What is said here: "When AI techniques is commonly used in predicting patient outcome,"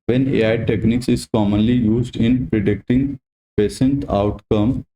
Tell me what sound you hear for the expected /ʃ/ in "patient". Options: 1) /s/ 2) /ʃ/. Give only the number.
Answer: 1